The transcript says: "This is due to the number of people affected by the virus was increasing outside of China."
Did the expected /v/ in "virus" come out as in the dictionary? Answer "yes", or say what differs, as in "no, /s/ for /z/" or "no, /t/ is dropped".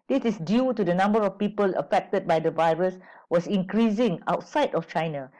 yes